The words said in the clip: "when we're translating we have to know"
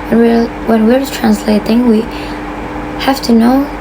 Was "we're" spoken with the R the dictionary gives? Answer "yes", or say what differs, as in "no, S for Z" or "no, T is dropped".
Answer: yes